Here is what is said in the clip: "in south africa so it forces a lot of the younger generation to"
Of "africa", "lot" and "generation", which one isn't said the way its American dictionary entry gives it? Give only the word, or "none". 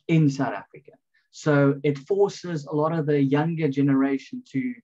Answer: none